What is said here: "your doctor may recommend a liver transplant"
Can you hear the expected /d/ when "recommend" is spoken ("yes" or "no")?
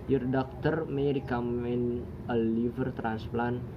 no